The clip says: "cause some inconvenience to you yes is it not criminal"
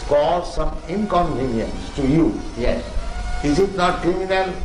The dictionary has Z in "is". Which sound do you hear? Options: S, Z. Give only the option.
S